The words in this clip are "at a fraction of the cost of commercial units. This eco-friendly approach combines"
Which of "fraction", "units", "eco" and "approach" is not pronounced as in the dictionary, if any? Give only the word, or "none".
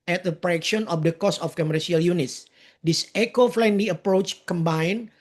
fraction